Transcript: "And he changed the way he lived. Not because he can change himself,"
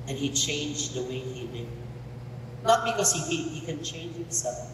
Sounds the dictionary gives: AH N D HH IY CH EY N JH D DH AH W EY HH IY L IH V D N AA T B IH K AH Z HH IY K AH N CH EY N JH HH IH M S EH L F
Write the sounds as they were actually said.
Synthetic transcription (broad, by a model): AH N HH IY CH EY N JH DH AH W EY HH IY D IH D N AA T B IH K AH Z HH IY K AH N CH EY N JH HH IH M S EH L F